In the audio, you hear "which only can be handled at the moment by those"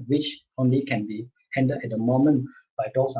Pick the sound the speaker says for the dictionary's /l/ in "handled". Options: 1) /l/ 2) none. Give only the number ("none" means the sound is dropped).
2